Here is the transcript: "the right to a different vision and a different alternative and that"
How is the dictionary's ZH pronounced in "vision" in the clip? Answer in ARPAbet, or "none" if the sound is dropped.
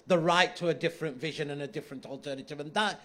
ZH